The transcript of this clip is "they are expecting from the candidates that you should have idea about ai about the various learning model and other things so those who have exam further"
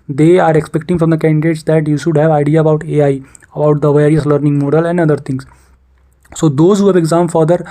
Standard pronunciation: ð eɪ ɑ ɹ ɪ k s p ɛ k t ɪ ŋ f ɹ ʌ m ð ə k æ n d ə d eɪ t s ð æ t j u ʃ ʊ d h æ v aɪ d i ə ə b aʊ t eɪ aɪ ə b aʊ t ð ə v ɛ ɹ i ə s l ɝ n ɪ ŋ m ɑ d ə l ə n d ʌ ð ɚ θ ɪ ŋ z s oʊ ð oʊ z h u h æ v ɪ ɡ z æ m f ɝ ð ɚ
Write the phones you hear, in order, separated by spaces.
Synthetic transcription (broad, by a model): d eɪ ɑ ɹ ɪ k s p ɛ k t ɪ ŋ f ɹ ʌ m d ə k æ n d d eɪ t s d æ t j u ʃ ʊ d h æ v aɪ d i ə ə b aʊ t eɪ aɪ ə b aʊ t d ə v ɛ ɹ i ə s l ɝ n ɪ ŋ m ɑ d ə l ə n d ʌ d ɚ t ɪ ŋ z s oʊ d oʊ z h u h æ v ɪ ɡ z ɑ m f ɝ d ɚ